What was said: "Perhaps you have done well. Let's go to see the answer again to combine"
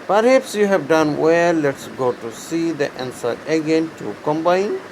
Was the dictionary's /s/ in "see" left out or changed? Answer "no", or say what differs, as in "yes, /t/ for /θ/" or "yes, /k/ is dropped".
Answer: no